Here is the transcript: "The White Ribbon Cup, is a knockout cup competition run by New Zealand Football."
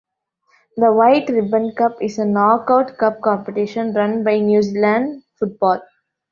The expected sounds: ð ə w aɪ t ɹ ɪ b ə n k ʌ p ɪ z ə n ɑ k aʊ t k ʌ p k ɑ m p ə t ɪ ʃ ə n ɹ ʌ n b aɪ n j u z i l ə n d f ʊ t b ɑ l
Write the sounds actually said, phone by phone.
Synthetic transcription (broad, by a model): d ə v aɪ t ɹ ɪ b ə n k ʌ p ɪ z ə n ɑ k aʊ t k ʌ p k ɑ m p ə t ɪ ʃ ə n ɹ ʌ n b aɪ n j u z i l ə n d f ʊ t b ɑ l